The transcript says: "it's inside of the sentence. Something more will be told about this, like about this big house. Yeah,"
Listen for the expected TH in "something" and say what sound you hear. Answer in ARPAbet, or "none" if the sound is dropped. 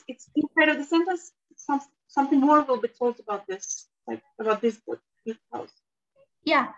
TH